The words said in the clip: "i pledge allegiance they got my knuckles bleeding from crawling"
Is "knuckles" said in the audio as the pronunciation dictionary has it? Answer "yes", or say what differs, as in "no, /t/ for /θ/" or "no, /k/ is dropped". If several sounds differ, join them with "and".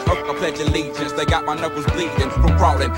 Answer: no, /l/ is dropped